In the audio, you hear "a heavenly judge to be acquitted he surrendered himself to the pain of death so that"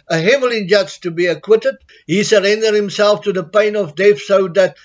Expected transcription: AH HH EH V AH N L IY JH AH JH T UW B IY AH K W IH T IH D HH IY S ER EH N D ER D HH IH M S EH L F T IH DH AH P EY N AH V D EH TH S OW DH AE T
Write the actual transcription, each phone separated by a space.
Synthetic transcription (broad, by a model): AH HH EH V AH L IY JH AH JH T UW B IY AH K W IH T IH D HH IY S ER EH N D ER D HH IH M S EH L F T IH DH AH P EY N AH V D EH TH S OW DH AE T